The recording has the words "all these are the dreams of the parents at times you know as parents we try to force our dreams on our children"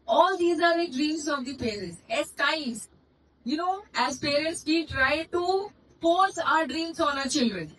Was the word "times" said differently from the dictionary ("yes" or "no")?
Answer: yes